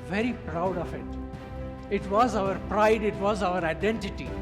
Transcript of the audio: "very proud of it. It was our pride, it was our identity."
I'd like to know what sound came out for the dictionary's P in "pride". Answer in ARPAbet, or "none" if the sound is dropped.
P